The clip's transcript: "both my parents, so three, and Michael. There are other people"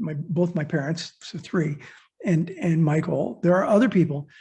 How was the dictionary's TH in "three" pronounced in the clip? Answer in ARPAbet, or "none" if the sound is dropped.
TH